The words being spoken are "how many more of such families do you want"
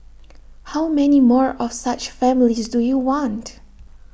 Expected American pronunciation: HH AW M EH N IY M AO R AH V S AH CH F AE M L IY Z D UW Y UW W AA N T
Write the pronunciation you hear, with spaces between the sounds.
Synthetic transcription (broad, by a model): HH AW M EH N IY M AO R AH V S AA CH F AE M L IY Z D UW Y UW W AA N T